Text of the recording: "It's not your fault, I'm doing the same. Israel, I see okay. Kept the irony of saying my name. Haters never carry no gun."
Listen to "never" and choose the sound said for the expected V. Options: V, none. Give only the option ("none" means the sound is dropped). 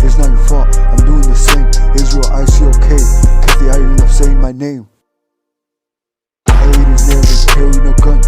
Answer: none